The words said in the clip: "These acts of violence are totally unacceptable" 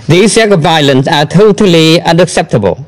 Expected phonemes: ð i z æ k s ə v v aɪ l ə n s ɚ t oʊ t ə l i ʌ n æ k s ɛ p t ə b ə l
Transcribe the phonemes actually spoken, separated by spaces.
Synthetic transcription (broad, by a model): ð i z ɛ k ə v v aɪ l ə n s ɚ t oʊ t ə l i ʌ n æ k s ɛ p t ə b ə l